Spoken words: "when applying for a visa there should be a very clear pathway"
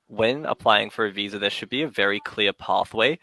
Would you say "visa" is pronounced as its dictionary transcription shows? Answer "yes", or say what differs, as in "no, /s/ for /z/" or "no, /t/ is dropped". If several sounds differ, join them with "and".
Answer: yes